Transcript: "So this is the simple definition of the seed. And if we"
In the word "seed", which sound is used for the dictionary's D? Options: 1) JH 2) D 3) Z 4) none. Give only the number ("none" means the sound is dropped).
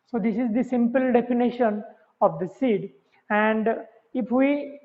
2